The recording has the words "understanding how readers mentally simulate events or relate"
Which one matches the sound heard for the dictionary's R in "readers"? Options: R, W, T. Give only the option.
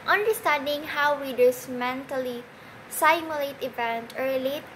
W